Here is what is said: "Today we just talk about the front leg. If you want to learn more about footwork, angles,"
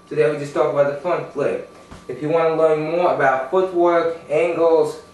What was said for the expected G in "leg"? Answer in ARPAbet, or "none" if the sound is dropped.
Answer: none